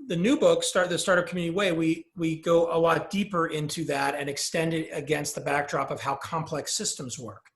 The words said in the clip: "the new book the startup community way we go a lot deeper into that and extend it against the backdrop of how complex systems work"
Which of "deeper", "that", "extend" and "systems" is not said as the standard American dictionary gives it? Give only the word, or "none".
none